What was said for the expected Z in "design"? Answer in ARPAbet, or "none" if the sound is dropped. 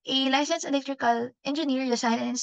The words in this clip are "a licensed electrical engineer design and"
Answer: S